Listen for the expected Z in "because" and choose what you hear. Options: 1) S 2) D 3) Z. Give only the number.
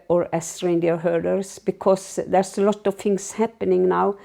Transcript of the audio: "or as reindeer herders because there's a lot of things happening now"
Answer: 1